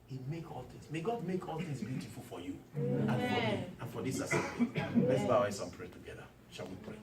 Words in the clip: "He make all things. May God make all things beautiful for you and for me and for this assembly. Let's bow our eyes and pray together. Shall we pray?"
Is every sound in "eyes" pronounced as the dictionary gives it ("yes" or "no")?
no